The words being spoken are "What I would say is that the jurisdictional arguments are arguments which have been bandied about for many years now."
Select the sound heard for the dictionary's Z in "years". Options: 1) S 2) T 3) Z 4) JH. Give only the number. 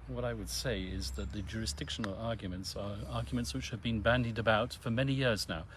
3